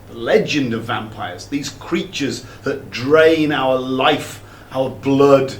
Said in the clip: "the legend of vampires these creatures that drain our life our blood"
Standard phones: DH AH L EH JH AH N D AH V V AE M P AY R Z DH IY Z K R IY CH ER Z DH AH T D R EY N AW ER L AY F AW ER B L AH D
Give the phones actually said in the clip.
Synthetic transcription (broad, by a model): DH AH L EH JH AH N D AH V V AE M P AY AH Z DH IY Z K R IY CH ER Z DH AH T D R EY N AW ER L AY F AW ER B L AH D